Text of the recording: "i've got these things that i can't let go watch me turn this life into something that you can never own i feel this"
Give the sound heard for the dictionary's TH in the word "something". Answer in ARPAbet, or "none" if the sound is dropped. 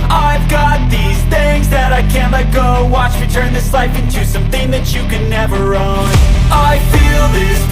TH